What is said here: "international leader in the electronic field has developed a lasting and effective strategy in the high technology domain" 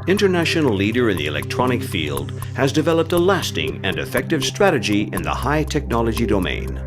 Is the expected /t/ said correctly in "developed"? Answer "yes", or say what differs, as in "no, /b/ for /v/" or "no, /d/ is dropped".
yes